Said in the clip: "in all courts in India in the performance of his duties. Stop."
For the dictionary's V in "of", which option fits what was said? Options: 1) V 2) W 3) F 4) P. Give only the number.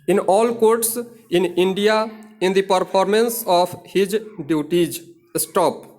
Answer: 4